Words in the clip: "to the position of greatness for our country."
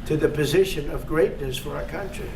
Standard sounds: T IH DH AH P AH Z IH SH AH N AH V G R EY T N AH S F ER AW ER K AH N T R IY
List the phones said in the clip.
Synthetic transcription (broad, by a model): T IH DH AH P AH Z IH SH AH N AH V G R EY T N AH S F ER AW ER K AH N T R IY